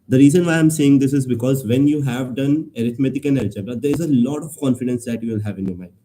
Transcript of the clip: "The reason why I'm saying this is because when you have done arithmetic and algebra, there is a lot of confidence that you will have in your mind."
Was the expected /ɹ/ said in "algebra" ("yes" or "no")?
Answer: no